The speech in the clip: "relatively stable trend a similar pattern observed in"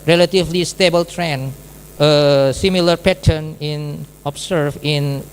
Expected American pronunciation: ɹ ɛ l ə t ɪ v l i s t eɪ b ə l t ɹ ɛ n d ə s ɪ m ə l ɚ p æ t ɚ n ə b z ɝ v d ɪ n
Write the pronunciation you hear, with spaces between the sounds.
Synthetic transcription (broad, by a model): ɹ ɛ l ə t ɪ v l i s t eɪ b ə l t ɹ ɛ n ə s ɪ m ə l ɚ p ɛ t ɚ n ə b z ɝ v ɪ n